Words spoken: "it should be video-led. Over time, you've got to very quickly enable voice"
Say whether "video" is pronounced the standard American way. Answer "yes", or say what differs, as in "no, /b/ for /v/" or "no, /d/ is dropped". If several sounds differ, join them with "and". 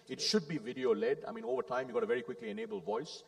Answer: yes